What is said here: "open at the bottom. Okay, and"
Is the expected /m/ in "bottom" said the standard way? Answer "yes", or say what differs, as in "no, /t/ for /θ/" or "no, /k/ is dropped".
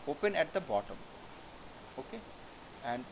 yes